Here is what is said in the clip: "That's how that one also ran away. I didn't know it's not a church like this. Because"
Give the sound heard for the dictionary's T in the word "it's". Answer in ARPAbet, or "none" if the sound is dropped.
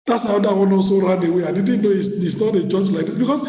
S